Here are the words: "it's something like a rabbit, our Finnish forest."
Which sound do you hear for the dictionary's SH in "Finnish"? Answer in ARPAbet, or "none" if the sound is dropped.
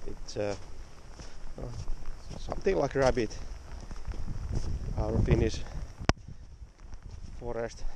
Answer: S